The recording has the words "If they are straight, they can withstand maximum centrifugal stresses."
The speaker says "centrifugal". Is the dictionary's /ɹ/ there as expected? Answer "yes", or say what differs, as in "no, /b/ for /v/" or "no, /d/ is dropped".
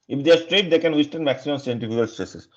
no, /ɹ/ is dropped